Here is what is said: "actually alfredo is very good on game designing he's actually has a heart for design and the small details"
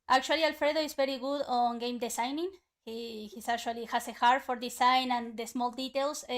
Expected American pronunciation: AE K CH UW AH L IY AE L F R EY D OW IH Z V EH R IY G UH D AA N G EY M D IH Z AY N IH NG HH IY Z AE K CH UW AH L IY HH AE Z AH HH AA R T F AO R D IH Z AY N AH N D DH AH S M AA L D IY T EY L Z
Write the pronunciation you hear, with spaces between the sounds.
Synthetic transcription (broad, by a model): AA K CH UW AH L IY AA L F R EY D OW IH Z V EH R IY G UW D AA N G EY M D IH S AY N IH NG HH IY S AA K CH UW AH L IY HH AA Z AH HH AA R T F AO R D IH S AY N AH N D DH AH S M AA L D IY T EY L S